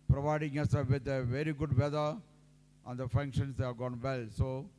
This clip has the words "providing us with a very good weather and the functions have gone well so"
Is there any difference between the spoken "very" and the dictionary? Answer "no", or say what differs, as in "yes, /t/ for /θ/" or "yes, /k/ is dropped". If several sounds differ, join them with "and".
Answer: no